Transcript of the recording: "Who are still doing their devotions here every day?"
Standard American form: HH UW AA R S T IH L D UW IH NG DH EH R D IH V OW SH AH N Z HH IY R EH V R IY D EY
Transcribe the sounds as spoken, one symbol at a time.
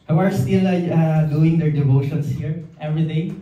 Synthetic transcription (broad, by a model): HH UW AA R S T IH L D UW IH NG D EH R D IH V OW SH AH N S HH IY R EH V R IY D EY